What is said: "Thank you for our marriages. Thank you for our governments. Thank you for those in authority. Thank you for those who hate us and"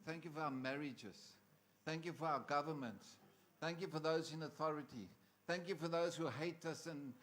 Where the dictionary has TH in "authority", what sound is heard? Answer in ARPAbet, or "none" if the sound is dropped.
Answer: TH